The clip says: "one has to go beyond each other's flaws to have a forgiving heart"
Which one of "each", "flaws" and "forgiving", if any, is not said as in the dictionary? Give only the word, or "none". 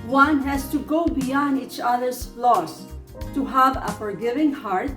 flaws